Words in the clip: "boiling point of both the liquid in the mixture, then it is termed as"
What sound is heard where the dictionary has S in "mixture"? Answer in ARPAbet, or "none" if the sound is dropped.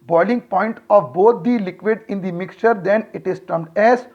S